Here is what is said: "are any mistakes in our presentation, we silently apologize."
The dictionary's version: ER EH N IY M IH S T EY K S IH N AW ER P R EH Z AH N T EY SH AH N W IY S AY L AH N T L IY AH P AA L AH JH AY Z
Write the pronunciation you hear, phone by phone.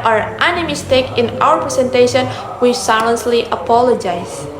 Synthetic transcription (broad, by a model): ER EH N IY M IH S T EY K IH N AW ER P R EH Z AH N T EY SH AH N W IY S AY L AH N S L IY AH P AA L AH JH AY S